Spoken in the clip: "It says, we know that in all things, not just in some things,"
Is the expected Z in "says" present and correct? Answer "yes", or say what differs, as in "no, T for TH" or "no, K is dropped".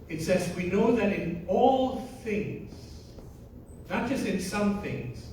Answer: yes